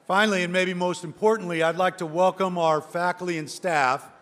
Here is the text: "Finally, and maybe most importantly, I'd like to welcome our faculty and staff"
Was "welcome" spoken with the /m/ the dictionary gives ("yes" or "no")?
yes